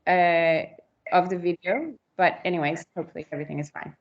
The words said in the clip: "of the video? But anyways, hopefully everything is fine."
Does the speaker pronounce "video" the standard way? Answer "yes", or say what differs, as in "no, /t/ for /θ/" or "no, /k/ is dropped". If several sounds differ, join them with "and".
yes